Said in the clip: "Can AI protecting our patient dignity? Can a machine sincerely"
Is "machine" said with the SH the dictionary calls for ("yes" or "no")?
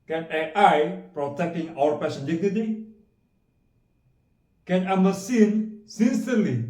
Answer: no